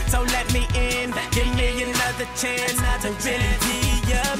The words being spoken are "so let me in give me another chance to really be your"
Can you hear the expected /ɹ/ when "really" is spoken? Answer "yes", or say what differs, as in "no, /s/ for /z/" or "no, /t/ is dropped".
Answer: no, /w/ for /ɹ/